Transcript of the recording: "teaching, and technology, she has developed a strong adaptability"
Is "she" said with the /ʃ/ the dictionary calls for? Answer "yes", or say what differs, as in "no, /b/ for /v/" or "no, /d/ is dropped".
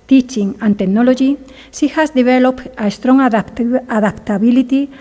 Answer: no, /s/ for /ʃ/